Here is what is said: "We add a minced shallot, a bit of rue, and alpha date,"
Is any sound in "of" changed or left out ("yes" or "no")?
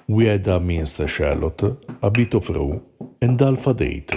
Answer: yes